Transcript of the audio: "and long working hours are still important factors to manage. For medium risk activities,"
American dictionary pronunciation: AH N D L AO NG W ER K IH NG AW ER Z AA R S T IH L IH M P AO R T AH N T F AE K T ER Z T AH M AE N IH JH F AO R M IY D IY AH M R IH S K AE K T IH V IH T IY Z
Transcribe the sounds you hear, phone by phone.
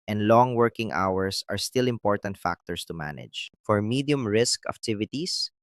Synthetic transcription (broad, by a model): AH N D L AO NG W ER K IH NG AW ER S AA R S T IH L IH M P AO R T AH N T F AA K T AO S T AH M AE N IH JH F AO R M IY D IY AH M R IH S K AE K T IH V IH T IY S